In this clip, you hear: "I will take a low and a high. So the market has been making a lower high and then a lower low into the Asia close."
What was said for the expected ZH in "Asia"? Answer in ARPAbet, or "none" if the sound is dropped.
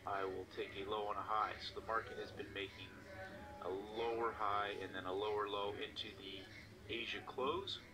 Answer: ZH